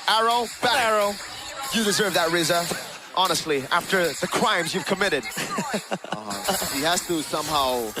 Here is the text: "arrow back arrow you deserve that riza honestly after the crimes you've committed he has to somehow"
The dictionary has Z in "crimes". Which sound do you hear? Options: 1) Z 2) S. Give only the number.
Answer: 1